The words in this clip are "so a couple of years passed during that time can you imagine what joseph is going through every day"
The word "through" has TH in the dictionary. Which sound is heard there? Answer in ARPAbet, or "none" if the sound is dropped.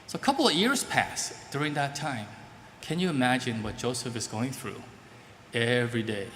TH